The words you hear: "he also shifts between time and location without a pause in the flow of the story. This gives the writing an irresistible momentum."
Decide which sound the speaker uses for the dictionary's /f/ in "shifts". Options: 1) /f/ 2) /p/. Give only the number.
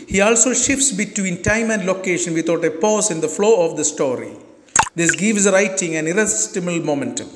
1